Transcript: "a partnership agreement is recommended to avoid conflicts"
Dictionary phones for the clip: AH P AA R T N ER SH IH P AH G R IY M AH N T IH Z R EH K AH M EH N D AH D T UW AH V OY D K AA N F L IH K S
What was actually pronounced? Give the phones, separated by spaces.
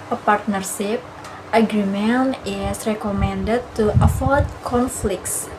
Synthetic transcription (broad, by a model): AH P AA R T N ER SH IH P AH G R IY M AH N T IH S R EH K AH M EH N D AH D T UW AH F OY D K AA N F L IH K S